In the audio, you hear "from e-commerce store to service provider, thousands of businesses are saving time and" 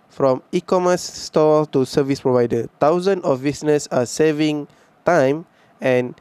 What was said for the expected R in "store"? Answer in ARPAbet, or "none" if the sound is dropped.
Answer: L